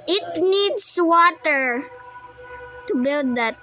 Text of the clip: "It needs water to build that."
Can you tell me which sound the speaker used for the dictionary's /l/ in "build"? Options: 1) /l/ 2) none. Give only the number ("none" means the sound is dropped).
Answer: 1